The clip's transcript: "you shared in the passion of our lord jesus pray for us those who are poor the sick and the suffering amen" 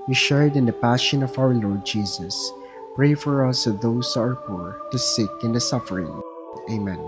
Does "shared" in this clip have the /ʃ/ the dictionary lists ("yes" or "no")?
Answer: yes